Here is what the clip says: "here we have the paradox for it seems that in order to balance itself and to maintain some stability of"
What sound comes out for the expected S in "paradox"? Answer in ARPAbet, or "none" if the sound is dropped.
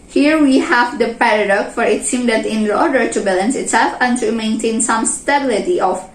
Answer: none